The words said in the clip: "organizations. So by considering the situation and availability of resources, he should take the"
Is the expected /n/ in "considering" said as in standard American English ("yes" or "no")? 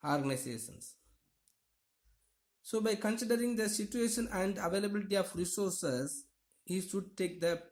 yes